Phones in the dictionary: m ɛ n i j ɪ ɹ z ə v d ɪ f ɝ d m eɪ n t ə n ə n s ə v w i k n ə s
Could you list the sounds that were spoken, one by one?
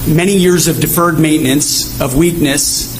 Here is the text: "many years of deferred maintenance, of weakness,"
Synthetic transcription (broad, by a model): m ɛ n i j ɪ ɹ z ə v d ɪ f ɝ d m eɪ n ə n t s ə v w i k n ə s